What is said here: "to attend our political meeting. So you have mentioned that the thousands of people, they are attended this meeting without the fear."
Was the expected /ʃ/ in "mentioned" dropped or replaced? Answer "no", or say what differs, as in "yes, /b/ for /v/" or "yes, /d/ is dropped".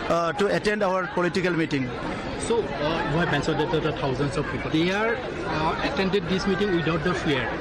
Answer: yes, /s/ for /ʃ/